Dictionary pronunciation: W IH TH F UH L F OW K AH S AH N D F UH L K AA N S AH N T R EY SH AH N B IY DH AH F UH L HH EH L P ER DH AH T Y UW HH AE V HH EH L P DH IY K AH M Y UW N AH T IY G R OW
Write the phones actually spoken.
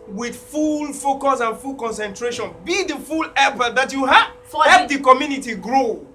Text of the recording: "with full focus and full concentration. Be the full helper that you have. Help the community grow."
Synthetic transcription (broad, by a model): W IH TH F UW L F OW K AH S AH N F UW L K AA N S AH N T R EY SH AH N B IY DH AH F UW L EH P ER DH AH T Y UW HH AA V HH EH P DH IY K AH M Y UW N AH T IY G R OW